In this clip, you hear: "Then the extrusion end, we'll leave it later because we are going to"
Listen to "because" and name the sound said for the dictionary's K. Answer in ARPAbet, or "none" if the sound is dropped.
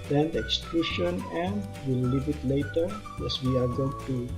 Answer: none